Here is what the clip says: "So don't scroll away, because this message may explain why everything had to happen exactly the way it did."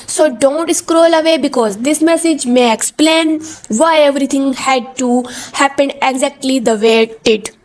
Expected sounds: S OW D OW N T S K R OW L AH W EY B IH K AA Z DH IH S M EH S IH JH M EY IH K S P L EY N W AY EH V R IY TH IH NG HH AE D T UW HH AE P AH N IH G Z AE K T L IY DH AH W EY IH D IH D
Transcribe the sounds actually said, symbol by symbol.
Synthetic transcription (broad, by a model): S OW D OW N T S K R OW L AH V EY B IH K AA Z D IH S M EH S IH JH M EY IH K S P L EY N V AY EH V R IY T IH NG HH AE D T UW HH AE P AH N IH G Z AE K T L IY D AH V EY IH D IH D